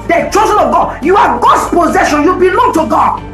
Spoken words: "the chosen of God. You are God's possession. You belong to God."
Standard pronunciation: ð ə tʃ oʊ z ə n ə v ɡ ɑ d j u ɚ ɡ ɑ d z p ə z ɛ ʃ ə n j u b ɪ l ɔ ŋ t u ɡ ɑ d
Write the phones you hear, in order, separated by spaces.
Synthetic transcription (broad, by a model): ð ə tʃ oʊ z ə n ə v ɡ ɑ d j u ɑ ɡ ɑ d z p ə z ɛ ʃ ə n j u b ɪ l ɔ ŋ t u ɡ ɑ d